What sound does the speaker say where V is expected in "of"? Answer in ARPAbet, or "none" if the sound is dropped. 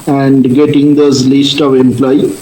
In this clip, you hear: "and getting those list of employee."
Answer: V